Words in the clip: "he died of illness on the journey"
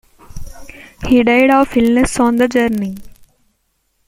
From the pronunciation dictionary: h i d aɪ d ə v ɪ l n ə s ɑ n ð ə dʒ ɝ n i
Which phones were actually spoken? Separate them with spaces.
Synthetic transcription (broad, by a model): h i d aɪ d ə f ɪ l n ə s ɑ n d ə dʒ ɝ n i